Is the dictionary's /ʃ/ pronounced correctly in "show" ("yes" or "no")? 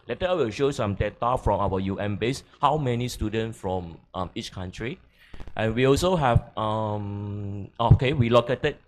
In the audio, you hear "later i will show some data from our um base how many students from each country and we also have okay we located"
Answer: yes